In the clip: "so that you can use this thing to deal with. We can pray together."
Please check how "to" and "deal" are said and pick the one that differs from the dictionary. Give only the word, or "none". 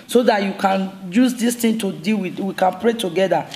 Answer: none